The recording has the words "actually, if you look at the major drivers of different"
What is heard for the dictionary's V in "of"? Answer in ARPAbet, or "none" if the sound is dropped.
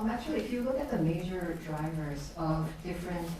V